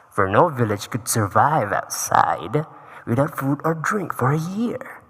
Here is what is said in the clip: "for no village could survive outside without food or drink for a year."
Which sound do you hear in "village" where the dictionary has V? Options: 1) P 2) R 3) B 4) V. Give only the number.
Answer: 4